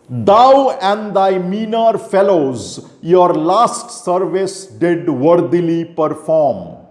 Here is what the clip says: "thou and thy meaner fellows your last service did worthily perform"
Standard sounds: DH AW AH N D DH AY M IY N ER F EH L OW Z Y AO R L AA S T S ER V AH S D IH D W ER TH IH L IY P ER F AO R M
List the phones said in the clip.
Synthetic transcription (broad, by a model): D AW AH N D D AY M IY N ER F EH L OW Z Y AO R L AA S T S ER V AH S D IH D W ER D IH L IY P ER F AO R M